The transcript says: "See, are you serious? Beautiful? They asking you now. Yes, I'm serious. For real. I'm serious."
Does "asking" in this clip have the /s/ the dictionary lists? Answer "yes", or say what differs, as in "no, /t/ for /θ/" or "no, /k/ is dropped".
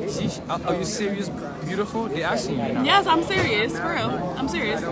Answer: no, /s/ is dropped